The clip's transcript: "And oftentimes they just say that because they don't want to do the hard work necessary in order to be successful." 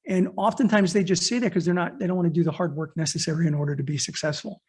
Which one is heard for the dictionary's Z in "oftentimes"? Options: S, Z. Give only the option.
Z